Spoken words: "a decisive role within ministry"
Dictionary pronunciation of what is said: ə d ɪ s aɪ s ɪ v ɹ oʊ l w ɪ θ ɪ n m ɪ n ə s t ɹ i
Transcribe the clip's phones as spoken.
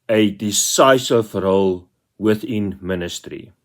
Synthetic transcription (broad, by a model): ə d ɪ s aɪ s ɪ f ɹ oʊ l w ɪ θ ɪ n m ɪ n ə s t ɹ i